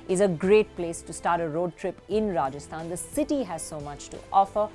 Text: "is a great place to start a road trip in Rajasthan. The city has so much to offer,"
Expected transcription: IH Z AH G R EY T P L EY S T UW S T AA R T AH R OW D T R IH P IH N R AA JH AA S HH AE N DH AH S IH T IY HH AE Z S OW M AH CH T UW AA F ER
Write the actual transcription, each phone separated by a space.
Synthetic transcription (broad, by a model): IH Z AH G R EY T P L EY S T UW S T AA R T AH R OW D T R IH P IH N R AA JH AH S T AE N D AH S IH T IY HH AE Z S OW M AH CH T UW AA F ER